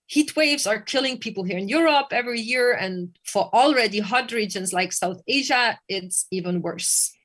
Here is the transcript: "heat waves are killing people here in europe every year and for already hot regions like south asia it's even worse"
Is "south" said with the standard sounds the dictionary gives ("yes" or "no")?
yes